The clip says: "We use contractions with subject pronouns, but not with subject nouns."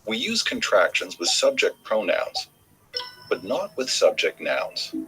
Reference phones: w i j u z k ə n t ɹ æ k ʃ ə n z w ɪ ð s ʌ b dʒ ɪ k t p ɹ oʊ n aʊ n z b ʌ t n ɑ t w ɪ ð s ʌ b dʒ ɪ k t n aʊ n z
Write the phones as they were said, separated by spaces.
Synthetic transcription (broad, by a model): w i j u z k ə n t ɹ æ k ʃ ə n z w ɪ ð s ʌ b dʒ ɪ k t p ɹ oʊ n aʊ n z b ʌ t n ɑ t w ɪ ð s ʌ b dʒ ɪ k t n aʊ n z